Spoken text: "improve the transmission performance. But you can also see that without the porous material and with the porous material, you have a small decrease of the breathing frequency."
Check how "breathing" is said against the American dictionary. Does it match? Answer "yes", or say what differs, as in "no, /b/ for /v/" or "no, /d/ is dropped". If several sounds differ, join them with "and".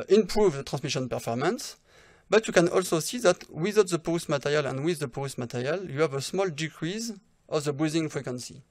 no, /ɹ/ is dropped